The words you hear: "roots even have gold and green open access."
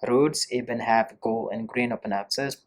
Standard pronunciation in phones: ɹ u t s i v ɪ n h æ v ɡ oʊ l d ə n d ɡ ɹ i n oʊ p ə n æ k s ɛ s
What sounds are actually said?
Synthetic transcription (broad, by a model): ɹ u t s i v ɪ n h æ v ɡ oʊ l ə n ɡ ɹ i n oʊ p ə n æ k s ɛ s